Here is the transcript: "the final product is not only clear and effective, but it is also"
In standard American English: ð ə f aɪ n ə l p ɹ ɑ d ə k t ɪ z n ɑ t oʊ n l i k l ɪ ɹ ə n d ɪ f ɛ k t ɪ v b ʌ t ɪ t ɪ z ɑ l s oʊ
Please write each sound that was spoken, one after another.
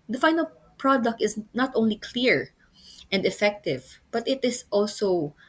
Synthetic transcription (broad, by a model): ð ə f aɪ n ə l p ɹ ɑ d ə k t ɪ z n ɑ t oʊ n l i k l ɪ ɹ ə n d ɪ f ɛ k t ɪ v b ʌ t ɪ t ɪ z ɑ l s oʊ